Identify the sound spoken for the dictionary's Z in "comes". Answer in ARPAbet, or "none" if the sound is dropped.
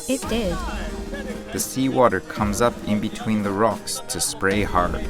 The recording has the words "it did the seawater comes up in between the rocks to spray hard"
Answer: Z